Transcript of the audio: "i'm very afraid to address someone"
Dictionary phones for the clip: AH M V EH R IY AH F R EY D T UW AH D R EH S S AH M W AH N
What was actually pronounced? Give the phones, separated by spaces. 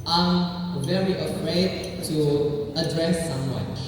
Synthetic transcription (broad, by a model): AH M V EH R IY AH F R EY D T UW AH D R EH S S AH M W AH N